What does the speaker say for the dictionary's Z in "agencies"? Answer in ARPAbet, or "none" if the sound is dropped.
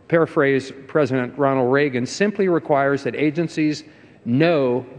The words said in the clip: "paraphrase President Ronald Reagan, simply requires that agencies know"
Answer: Z